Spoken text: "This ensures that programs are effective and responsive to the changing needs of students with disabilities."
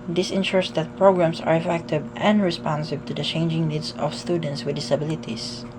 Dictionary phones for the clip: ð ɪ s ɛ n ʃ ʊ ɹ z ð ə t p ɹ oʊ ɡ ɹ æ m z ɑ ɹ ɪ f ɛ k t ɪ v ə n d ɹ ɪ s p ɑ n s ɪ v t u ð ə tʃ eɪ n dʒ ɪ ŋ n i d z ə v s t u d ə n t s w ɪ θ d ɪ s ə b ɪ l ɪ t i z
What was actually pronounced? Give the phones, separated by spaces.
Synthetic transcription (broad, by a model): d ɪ s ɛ n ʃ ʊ ɹ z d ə t p ɹ oʊ ɡ ɹ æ m s ɑ ɹ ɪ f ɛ k t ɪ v ə n d ɹ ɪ s p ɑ n s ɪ b t u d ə tʃ eɪ n dʒ ɪ ŋ n i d s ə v s t u d ə n t s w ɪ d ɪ s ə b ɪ l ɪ t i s